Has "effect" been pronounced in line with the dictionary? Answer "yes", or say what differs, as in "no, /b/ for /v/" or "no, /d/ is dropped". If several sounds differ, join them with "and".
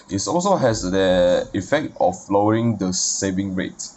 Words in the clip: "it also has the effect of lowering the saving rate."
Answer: yes